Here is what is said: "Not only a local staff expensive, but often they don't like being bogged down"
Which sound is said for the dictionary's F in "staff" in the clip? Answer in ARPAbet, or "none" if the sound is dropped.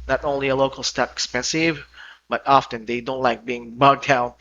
P